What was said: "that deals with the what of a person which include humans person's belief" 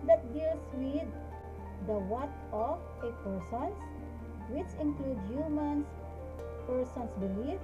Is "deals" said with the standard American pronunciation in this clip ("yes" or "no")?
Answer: no